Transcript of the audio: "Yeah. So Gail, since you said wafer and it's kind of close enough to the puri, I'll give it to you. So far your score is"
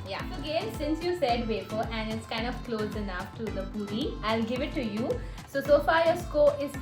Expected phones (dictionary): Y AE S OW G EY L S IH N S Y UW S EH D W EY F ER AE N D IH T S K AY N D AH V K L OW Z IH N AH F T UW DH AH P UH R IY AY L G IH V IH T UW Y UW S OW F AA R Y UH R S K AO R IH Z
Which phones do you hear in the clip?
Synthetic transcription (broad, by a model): Y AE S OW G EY N S IH N S Y UW S EH D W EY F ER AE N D IH T S K AY N D AH V K L OW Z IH N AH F T UW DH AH B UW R IY AY L G IH V IH T UW Y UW S OW F AA R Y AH S K AO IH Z